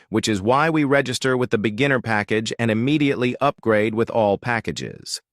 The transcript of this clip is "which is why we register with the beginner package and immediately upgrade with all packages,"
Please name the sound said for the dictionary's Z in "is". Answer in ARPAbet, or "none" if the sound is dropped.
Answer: Z